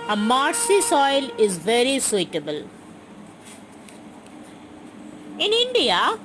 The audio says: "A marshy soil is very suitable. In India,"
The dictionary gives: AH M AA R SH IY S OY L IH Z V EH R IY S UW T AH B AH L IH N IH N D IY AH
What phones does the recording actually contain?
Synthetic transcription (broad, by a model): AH M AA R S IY S OY L IH Z V EH R IY S UW T AH B AH L IH N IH N D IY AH